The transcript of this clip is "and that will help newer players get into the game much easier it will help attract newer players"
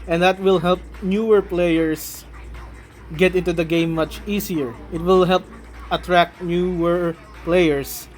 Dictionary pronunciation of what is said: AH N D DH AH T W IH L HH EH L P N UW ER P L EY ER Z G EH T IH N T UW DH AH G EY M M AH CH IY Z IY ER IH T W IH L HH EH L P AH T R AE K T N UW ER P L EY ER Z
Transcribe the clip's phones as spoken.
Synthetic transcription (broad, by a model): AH N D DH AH T W IH L HH EH L P N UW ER P L EY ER S G EH T IH N T UW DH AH G EY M M AH CH IY S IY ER IH T W IH L HH EH L P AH T R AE K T N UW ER P L EY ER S